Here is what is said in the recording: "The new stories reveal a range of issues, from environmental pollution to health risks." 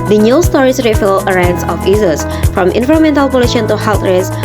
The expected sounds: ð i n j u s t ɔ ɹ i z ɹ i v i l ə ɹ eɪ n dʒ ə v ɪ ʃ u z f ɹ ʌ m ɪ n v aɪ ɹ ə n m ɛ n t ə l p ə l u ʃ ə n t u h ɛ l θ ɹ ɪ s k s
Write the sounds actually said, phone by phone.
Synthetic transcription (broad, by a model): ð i n j u s t ɔ ɹ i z ɹ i f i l ə ɹ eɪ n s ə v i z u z f ɹ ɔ m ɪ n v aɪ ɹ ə m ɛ n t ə l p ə l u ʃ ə n t u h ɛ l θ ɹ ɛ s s